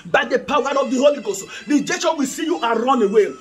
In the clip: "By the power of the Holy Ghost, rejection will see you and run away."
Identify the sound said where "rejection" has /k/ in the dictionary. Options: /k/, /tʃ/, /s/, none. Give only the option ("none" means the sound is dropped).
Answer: none